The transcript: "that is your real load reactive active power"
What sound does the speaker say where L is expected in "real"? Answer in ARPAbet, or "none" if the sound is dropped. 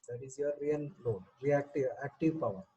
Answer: N